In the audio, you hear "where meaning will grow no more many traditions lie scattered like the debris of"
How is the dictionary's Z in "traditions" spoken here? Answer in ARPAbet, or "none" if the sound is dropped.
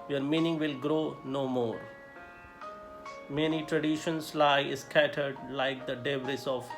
S